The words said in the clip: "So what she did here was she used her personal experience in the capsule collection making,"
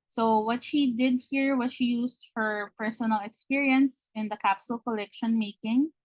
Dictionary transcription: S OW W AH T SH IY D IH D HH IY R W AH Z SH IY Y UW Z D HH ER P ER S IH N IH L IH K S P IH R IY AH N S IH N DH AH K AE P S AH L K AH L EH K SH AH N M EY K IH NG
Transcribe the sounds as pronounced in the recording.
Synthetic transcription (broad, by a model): S OW W AH T SH IY D IH D HH IY R W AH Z SH IY Y UW S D HH ER P ER S IH N IH L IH K S P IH R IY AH N S IH N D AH K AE P S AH L K AH L EH K SH AH N M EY K IH NG